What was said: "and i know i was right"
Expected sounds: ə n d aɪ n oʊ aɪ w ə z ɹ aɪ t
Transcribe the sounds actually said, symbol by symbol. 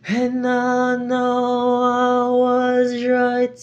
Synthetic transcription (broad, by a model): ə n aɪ n oʊ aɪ w ə z ɹ aɪ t